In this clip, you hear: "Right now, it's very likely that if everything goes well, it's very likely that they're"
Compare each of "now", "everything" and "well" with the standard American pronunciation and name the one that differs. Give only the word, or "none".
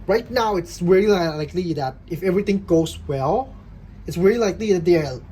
everything